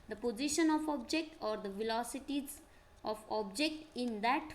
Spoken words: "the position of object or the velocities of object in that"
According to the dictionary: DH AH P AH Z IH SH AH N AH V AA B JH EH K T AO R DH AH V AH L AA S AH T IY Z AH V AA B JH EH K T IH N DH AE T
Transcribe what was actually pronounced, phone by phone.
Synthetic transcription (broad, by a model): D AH P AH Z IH SH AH N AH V AA B JH EH K T AO R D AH V AH L AA S AH T IY Z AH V AA B JH EH K T IH N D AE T